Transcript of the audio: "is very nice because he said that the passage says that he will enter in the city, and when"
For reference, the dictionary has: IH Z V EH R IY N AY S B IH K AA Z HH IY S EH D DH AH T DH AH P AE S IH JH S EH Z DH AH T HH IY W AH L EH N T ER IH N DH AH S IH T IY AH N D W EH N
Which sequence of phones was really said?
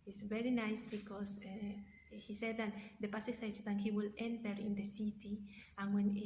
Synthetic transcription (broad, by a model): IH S V EH R IY N AY S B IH K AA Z HH IY S EH D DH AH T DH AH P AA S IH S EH S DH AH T HH IY W AH L EH N T ER IH N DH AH S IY T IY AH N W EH N